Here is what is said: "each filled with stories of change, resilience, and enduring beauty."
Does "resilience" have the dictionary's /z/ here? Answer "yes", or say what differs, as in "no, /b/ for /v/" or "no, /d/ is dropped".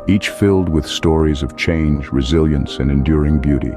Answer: yes